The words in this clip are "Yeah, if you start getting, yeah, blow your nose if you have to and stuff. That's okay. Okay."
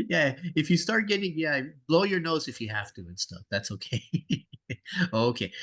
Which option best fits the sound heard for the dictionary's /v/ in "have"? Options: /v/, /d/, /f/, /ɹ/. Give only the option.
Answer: /f/